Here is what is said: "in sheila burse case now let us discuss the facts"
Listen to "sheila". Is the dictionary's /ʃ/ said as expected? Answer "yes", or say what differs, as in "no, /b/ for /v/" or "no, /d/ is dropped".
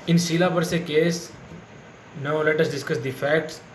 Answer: no, /s/ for /ʃ/